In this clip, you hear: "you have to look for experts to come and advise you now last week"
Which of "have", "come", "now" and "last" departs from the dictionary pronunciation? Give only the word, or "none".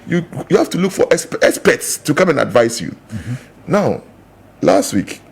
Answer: have